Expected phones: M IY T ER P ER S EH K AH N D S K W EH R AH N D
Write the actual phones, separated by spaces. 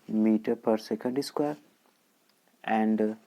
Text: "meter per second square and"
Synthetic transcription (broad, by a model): M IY T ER P ER S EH K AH N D S K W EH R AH N D